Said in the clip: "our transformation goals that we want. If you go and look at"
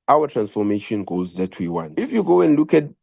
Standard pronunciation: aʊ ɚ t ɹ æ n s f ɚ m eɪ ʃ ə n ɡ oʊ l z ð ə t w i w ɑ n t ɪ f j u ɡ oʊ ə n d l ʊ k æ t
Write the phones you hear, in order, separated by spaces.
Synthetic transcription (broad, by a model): aʊ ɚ t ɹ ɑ n s f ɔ m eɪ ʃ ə n ɡ oʊ z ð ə t w i w ɑ n t ɪ f j u ɡ oʊ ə n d l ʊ k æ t